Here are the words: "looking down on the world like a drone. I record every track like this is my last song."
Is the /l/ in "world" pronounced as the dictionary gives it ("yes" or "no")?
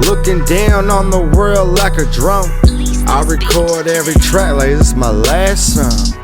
yes